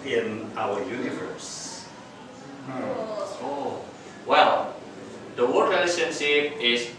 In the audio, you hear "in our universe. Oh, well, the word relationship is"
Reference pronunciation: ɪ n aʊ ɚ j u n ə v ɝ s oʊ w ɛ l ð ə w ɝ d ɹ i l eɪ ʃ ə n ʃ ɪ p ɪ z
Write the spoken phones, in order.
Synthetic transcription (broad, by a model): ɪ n aʊ ɚ j u n ə v ɝ s oʊ w ɛ l ð ə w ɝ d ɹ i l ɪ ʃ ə n s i ɪ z